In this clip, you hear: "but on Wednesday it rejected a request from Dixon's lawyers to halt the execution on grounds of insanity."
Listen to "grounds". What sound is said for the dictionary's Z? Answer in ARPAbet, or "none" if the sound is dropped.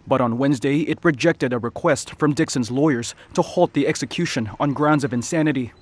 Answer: Z